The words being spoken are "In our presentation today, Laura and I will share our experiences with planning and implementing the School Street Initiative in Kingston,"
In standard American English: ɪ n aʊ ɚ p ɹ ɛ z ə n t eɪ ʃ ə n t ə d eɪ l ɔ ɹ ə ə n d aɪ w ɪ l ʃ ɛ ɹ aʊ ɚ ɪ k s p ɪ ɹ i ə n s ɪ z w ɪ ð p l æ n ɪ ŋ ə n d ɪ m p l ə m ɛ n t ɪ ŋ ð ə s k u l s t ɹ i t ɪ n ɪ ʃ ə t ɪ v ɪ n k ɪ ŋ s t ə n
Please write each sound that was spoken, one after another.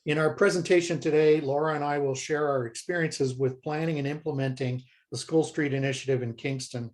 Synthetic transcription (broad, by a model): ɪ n aʊ ɚ p ɹ ɛ z ə n t eɪ ʃ ə n t ə d eɪ l ɔ ɹ ə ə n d aɪ w ɪ l ʃ ɛ ɹ aʊ ɚ ɪ k s p ɪ ɹ i ə n s ɪ z w ɪ ð p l æ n ɪ ŋ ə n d ɪ m p l ə m ɛ n t ɪ ŋ ð ə s k u l s t ɹ i t ɪ n ɪ ʃ ə t ɪ v ɪ n k ɪ ŋ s t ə n